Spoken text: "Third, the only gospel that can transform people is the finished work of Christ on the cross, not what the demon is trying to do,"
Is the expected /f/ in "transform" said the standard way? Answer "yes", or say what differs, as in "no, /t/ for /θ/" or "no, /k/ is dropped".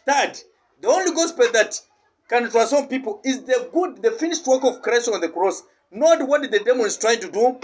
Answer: no, /f/ is dropped